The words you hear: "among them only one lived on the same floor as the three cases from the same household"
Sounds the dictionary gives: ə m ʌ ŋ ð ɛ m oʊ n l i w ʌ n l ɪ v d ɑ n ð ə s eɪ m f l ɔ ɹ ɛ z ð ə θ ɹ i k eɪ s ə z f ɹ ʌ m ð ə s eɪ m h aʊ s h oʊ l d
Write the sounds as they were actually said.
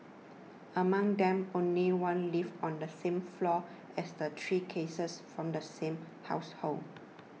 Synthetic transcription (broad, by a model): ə m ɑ ŋ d ɛ m oʊ n l i w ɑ n l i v ɑ n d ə s eɪ m f l ɔ ɛ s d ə t ɹ i k eɪ s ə s f ɹ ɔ m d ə s eɪ m h aʊ s h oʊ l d